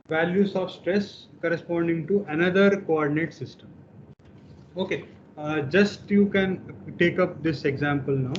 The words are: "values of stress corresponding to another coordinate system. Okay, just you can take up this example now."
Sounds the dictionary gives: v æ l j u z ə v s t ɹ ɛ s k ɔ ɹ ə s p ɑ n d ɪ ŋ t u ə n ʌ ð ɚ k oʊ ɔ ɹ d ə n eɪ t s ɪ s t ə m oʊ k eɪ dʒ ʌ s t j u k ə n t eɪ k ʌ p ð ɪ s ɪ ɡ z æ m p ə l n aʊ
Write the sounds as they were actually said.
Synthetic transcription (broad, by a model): v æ l j u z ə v s t ɹ ɛ s k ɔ ɹ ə s p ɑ n d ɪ ŋ t u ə n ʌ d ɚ k oʊ ɔ ɹ d ə n eɪ t s ɪ s t ə m oʊ k eɪ dʒ ʌ s t j u k ə n t eɪ k ʌ p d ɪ s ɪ ɡ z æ m p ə l n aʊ